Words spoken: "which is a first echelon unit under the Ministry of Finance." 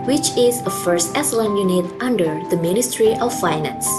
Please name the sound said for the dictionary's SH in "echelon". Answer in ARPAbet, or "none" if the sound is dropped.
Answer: S